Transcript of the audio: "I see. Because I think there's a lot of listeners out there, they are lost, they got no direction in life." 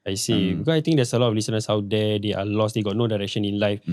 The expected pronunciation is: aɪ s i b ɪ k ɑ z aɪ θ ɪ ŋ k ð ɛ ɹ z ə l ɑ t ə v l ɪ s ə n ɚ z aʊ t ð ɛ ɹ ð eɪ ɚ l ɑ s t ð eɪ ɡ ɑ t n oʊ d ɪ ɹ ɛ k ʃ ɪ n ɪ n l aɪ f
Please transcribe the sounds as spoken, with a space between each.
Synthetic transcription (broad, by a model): aɪ s i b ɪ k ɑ aɪ t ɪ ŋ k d ɛ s ə l ɑ t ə f l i s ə n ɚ s aʊ t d ɛ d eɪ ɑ l ɑ s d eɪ ɡ ɑ t n oʊ d ɪ ɹ ɛ k ʃ ɪ n ɪ n l aɪ f